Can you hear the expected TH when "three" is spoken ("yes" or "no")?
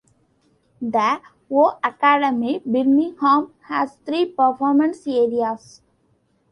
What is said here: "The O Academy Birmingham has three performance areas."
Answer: no